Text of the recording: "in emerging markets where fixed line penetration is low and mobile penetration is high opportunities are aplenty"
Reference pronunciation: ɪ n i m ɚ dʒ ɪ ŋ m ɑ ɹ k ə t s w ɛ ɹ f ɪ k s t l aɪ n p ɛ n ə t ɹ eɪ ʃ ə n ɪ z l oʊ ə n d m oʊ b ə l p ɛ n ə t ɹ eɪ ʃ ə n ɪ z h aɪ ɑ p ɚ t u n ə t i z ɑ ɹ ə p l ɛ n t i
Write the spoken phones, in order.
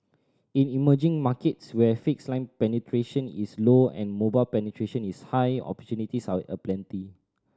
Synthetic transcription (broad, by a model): ɪ n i m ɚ dʒ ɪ ŋ m ɑ k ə t s w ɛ f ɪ k s l aɪ n p ɛ n ə t ɹ eɪ ʃ ə n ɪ s l oʊ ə n m oʊ b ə l p ɛ n ə t ɹ eɪ ʃ ə n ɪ s h aɪ ɑ p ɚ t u n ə t i s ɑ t ə p l ɛ n t i